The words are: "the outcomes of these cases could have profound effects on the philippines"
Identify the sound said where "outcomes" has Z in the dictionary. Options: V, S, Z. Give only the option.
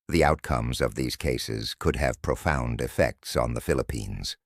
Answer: Z